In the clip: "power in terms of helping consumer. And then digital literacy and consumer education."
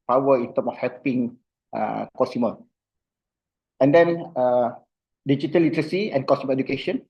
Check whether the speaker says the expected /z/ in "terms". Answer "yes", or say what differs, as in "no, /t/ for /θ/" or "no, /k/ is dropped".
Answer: no, /z/ is dropped